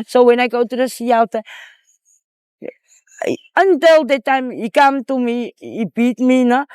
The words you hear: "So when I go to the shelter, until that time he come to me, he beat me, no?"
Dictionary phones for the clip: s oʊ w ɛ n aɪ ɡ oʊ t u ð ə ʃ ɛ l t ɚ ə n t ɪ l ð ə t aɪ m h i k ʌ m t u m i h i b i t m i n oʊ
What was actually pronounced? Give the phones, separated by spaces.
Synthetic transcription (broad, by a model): s oʊ w ɛ n aɪ ɡ oʊ t u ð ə s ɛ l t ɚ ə n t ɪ l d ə t aɪ m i k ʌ m t u m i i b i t m i n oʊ